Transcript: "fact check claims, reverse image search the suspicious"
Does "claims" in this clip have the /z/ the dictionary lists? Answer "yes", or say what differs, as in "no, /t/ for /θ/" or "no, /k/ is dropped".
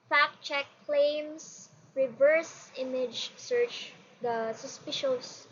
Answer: no, /s/ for /z/